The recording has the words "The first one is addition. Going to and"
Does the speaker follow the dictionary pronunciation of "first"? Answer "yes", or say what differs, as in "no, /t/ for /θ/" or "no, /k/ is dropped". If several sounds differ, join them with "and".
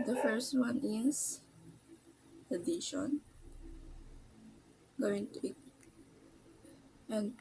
yes